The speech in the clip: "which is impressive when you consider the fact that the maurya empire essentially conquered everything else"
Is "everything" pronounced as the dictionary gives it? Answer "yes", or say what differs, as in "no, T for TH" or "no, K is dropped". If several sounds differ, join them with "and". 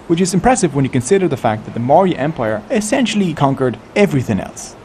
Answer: yes